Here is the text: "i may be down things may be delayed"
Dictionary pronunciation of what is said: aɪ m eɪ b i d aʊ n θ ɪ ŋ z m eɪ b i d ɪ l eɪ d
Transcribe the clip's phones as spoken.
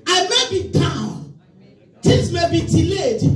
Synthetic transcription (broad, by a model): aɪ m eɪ b i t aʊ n t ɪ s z m eɪ b i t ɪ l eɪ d